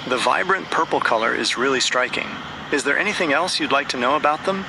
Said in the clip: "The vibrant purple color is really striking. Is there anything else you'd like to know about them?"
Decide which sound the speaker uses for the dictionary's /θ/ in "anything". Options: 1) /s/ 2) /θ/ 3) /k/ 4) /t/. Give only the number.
2